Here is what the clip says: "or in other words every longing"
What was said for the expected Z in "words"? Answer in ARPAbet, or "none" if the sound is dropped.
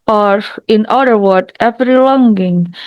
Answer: none